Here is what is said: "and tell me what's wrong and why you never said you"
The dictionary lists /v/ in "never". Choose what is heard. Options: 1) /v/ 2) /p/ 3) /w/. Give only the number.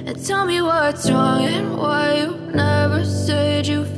1